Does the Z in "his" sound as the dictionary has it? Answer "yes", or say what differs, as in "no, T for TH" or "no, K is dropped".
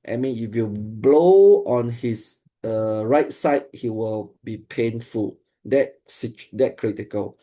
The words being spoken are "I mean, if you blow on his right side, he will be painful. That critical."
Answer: no, S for Z